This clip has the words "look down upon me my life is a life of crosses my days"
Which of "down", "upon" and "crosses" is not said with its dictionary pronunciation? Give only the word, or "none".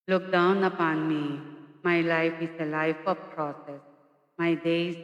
crosses